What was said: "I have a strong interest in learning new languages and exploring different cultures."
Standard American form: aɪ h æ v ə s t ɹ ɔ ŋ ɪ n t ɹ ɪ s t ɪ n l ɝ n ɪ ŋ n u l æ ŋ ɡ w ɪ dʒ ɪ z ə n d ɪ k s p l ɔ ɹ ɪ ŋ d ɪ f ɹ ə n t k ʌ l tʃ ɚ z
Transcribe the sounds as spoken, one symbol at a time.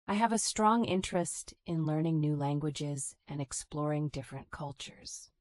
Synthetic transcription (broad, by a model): aɪ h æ v ə s t ɹ ɔ ŋ ɪ n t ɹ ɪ s t ɪ n l ɝ n ɪ ŋ n u l æ ŋ ɡ w ɪ dʒ ɪ z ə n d ɪ k s p l ɔ ɹ ɪ ŋ d ɪ f ɹ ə n k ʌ l tʃ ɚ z